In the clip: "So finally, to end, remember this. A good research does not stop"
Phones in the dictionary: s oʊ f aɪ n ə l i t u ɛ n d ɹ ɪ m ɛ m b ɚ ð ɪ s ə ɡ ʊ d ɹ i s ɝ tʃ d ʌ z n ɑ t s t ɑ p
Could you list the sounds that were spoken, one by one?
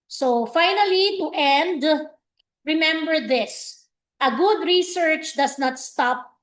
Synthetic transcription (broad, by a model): s oʊ f aɪ n ə l i t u ɛ n d ɹ ɪ m ɛ m b ɚ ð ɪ s ə ɡ ʊ d ɹ i s ɝ tʃ d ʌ s n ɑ t s t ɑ p